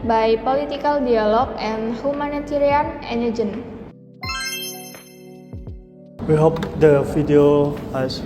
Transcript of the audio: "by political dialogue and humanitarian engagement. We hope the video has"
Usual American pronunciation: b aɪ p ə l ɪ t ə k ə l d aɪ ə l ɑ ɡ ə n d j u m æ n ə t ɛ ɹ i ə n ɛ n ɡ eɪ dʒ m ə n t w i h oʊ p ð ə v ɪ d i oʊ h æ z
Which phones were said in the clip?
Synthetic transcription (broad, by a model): b aɪ p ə l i t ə k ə l d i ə l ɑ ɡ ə n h u m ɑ n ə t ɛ ɹ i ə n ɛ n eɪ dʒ ə n w i h oʊ p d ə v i d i oʊ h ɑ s